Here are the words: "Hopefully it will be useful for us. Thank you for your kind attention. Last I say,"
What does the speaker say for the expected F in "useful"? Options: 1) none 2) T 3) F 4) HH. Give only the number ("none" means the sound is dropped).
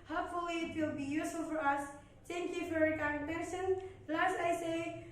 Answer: 1